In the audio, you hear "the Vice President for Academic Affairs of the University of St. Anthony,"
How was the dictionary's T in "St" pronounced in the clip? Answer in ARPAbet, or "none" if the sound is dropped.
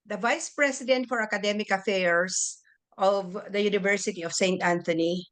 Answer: T